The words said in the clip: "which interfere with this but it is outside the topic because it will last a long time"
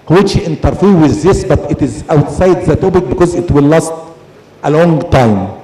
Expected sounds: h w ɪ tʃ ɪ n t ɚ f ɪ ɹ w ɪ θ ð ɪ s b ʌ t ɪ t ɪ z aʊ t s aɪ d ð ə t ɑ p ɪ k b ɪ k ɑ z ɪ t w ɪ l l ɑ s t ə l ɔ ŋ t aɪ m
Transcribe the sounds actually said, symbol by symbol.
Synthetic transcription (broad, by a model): h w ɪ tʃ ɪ n t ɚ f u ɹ w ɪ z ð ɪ s b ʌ t ɪ t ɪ z aʊ t s aɪ d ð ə t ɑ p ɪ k b ɪ k ɑ z ɪ t w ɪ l l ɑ s t ə l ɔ ŋ t aɪ m